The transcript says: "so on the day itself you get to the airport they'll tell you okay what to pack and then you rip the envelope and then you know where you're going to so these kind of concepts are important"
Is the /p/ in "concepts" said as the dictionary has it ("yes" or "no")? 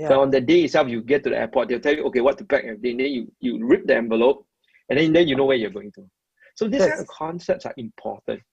yes